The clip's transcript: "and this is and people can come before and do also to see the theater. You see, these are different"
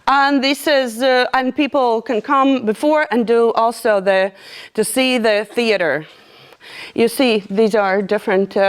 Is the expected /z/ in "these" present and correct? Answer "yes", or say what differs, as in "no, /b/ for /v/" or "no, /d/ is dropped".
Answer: yes